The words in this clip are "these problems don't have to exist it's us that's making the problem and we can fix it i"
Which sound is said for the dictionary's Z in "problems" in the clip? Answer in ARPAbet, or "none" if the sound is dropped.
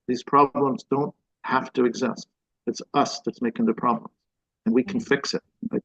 Z